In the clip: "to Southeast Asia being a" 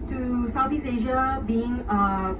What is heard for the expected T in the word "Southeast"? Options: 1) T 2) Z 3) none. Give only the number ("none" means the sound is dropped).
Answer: 3